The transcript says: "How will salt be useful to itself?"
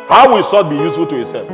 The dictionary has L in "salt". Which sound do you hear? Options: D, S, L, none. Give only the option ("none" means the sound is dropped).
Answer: none